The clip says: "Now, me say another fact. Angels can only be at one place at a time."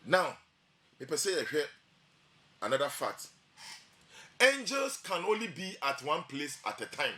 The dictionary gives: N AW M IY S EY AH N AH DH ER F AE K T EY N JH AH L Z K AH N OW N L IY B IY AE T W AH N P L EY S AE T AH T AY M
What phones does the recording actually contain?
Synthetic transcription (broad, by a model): N AW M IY S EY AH N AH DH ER F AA T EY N JH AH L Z K AH N OW N L IY B IY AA T W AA N P L EY S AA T AH T AY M